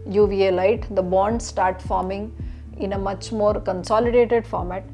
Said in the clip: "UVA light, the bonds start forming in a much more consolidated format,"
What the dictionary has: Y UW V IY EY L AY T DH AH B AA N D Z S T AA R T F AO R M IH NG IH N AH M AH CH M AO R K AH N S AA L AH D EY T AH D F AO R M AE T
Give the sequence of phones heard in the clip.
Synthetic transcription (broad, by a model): Y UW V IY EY L AY T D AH B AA N D S T AA R T F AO R M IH NG IH N AH M AH CH M AO R K AH N S AA L AH D EY T AH D F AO R M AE T